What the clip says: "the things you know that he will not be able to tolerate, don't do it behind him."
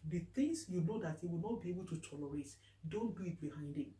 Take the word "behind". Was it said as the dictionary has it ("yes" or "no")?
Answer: yes